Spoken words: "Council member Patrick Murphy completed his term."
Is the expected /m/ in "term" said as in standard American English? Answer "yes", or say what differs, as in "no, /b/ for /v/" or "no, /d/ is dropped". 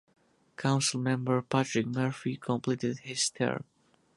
no, /m/ is dropped